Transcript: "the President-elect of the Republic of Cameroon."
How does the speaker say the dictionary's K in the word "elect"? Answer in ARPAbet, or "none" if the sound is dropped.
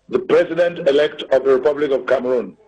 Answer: K